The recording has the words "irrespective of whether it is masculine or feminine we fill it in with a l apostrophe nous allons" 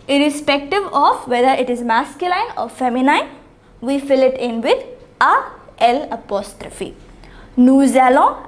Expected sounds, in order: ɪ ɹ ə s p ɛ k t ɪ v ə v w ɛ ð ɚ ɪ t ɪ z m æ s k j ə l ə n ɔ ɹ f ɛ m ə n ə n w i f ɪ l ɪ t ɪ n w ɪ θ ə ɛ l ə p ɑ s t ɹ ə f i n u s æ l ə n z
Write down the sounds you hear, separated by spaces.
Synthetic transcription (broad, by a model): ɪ ɹ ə s p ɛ k t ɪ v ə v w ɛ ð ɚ ɪ t ɪ z m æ s k j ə l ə n ɔ ɹ f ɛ m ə n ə n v i f ɪ l ɪ t ɪ n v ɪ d ə ɛ l ə p ɑ s t ɹ ə f i n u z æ l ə